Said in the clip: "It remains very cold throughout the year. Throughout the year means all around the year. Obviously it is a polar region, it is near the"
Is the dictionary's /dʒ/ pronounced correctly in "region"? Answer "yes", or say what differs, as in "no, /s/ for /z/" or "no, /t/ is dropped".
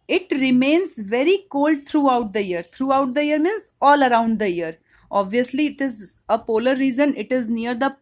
no, /z/ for /dʒ/